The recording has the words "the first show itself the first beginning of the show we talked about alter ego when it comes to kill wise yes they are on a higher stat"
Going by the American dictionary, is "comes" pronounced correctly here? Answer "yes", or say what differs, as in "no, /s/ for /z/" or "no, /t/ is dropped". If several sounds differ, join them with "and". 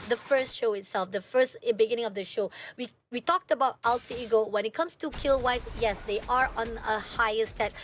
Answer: no, /s/ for /z/